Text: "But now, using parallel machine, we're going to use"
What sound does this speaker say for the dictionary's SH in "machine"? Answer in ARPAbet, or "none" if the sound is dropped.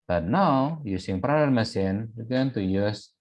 S